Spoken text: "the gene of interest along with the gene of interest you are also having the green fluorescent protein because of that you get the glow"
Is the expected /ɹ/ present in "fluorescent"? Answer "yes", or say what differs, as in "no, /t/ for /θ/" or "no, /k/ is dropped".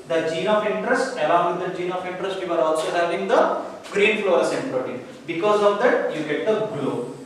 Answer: no, /ɹ/ is dropped